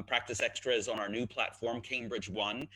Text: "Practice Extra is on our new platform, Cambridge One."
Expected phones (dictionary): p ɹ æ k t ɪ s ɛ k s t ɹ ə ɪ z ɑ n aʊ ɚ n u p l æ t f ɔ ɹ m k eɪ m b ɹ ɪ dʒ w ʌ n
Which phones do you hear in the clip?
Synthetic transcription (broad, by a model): p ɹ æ k t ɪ s ɛ k s t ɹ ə ɪ z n aʊ ɚ n u p l æ t f ɔ ɹ m k eɪ m b ɹ ɪ dʒ w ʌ n